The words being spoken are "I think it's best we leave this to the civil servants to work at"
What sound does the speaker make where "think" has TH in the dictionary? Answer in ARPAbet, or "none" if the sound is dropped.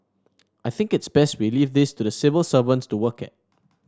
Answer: TH